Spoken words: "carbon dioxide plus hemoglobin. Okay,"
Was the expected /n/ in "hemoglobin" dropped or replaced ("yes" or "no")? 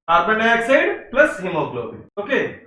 yes